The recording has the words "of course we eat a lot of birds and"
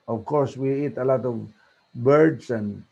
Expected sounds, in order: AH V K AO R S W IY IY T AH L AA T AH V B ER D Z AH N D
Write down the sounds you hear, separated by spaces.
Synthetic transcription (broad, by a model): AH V K AO R S W IY IY T AH L AA T AH V B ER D S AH N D